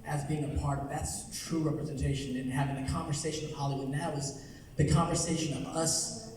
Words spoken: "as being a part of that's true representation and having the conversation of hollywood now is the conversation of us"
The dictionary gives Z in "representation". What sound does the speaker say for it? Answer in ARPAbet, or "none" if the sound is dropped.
Z